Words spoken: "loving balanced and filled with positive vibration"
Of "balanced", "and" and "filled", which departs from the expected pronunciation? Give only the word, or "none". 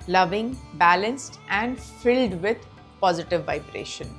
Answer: none